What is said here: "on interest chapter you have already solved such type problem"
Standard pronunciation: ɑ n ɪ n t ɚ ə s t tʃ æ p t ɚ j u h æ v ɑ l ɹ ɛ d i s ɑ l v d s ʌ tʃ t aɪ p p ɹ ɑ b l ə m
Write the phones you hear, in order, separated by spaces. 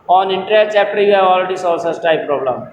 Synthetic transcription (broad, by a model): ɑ n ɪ n t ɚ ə t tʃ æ p t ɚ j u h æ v ɑ l ɹ ɛ d i s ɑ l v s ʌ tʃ t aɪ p p ɹ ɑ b l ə m